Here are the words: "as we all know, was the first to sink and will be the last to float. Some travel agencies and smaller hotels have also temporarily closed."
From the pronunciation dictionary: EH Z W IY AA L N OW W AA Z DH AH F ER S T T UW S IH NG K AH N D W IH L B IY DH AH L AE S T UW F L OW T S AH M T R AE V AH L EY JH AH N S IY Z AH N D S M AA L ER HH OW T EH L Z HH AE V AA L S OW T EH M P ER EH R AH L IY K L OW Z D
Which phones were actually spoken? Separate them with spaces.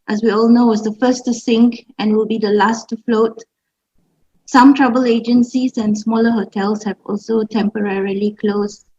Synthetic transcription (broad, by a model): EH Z W IY AA L N OW W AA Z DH AH F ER S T T UW S IH NG K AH N W IH L B IY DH AH L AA S T UW F L OW T S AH M T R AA B AH L EY JH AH N S IY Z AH N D S M AA L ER HH OW T EH L S HH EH V AA L S OW T EH M P ER EH R AH L IY K L OW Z